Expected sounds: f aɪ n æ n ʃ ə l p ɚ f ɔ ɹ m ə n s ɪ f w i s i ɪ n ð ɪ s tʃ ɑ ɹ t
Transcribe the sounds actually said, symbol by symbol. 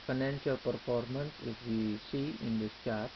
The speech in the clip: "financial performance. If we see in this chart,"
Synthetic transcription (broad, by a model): f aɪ n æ n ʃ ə l p ɚ f ɔ ɹ m ə n s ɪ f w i s i ɪ n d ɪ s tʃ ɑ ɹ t